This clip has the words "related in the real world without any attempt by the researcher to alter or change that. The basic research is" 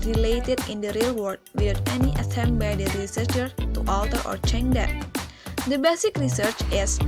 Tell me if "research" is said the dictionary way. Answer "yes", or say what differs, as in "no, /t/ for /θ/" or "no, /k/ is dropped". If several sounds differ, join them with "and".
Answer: yes